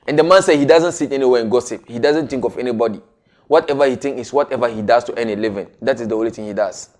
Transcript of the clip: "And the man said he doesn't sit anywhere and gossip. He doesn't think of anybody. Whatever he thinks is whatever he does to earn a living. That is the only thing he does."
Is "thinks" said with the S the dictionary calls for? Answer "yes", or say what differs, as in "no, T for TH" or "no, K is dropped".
no, S is dropped